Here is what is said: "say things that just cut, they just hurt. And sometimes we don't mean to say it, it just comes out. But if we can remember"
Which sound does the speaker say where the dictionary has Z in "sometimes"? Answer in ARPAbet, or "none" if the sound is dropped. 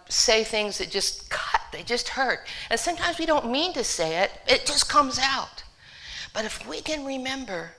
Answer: Z